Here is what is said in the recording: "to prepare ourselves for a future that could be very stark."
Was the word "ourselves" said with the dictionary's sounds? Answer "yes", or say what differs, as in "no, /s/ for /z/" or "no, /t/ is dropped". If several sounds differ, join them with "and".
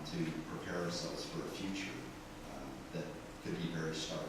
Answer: yes